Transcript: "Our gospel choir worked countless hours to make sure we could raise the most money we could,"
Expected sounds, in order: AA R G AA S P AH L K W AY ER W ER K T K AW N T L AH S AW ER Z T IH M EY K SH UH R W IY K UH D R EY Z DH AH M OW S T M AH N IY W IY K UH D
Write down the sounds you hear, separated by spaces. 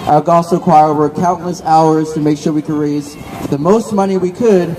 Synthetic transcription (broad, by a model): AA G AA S AH K W AY ER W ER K K AW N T L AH S AW ER Z T IH M EY K SH UH R W IY K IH D R EY Z DH AH M OW S T M AH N IY W IY K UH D